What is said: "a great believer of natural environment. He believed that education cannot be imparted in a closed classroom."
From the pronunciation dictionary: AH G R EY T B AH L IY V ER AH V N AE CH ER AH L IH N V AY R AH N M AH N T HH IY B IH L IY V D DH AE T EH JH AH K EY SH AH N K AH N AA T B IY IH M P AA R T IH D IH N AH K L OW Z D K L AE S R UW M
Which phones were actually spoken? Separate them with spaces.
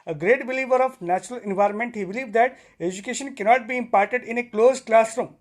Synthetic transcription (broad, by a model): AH G R EY T B AH L IY V ER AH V N AE CH ER AH L IH N V AY R AH N M AH N T HH IY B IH L IY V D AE T EH JH AH K EY SH AH N K AH N AA T B IY IH M P AA R T IH D IH N AH K L OW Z K L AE S R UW M